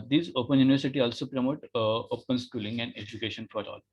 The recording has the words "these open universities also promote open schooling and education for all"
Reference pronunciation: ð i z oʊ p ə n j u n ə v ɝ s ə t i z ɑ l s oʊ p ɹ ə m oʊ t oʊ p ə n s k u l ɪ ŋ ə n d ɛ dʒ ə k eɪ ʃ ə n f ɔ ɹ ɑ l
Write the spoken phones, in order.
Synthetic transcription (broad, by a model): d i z oʊ p ə n j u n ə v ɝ s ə t i ɑ l s oʊ p ɹ ə m oʊ t oʊ p ə n s k u l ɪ ŋ ə n d ɛ dʒ ə k eɪ ʃ ə n f ɔ ɹ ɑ l